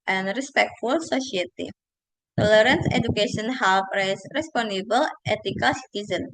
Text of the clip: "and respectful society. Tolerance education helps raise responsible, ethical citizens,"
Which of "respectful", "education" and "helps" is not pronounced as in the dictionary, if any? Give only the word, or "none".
helps